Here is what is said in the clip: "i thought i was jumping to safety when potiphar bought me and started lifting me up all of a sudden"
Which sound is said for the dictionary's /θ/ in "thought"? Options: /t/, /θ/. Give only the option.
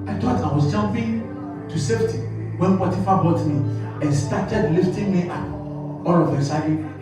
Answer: /t/